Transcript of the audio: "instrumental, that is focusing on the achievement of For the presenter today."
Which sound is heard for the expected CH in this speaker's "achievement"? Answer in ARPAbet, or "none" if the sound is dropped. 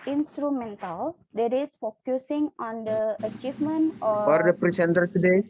CH